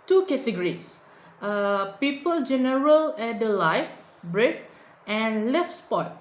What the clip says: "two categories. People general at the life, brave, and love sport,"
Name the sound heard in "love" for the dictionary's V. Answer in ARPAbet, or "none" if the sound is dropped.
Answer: F